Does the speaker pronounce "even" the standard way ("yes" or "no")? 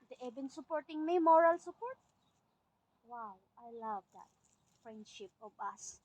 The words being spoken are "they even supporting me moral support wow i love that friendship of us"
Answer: no